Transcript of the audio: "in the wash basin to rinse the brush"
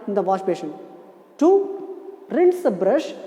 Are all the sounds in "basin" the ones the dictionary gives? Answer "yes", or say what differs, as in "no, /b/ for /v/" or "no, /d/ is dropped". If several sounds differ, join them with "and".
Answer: no, /ʃ/ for /s/